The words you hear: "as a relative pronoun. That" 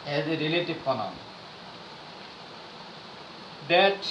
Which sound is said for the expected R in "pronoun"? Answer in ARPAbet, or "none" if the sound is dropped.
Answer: none